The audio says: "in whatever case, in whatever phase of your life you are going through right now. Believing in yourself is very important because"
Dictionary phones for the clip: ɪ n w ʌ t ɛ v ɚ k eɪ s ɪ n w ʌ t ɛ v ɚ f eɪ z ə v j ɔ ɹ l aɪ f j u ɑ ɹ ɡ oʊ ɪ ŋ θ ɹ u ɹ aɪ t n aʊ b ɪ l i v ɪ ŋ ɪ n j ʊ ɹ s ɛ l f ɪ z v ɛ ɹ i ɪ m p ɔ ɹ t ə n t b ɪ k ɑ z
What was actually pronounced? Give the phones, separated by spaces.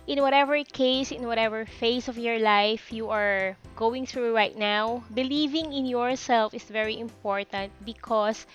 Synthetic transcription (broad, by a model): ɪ n w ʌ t ɛ v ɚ k eɪ s ɪ n w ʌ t ɛ v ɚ f eɪ s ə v j ɔ ɹ l aɪ f j u ɑ ɹ ɡ oʊ ɪ ŋ θ ɹ u ɹ aɪ t n aʊ b ɪ l i v ɪ ŋ ɪ n j ʊ ɹ s ɛ l f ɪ s v ɛ ɹ i ɪ m p ɔ ɹ t ə n t b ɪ k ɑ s